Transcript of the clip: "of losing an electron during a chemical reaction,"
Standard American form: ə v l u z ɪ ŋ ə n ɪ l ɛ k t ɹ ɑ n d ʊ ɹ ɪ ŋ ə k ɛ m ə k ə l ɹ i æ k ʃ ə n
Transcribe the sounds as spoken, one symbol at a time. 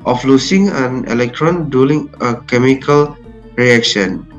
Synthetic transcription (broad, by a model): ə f l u s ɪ ŋ ə n ɪ l ɛ k t ɹ ɑ n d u l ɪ ŋ ə k ɛ m ə k ə l ɹ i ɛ k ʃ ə n